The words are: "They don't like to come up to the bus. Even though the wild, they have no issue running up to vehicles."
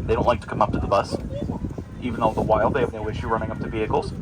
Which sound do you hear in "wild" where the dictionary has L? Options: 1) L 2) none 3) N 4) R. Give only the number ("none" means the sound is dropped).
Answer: 1